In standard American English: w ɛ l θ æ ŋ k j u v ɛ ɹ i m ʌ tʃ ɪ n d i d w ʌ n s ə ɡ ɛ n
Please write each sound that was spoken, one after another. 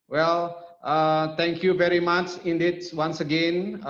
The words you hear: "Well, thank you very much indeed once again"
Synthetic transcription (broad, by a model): w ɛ l t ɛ ŋ k j u v ɛ ɹ i m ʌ tʃ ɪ n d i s w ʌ n s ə ɡ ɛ n